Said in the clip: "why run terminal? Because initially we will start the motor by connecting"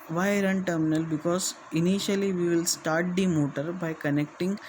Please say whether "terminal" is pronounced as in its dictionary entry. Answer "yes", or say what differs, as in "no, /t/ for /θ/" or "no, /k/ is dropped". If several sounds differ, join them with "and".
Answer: yes